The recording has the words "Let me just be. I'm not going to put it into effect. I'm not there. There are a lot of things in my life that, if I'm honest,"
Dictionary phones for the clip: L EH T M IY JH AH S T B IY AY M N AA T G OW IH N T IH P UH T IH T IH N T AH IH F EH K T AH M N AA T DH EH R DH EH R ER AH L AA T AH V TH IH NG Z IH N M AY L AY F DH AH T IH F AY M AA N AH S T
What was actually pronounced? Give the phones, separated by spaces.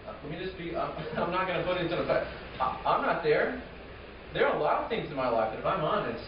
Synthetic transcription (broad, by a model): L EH T M IY JH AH S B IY AY M N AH T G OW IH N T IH P UH T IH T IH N S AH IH AA AH M N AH T DH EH R DH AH R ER AH L AA T AH V TH IH NG Z IH N M AY L AY F DH AH T IH F AY M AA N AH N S